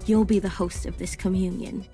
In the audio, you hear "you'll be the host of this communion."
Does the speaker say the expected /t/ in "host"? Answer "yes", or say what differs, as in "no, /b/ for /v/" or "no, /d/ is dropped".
yes